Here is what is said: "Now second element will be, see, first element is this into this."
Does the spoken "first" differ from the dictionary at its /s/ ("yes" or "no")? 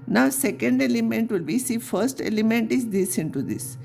no